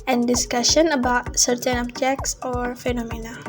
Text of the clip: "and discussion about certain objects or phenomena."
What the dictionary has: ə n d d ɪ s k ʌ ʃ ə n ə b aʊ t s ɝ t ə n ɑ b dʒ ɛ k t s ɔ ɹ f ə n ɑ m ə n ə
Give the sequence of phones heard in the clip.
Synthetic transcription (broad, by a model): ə n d d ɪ s k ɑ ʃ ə n ə b aʊ t s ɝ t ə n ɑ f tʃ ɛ k s ɔ ɹ f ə n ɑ m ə n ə